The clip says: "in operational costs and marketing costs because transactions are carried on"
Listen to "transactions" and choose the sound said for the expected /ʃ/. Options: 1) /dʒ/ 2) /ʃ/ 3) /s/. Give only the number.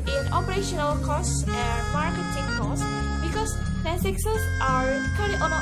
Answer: 3